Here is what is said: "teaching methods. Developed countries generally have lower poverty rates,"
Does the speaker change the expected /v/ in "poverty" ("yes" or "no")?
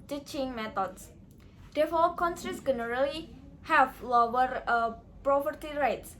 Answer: yes